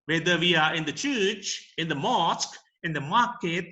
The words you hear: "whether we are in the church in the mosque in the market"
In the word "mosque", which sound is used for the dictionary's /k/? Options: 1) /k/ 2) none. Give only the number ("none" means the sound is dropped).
1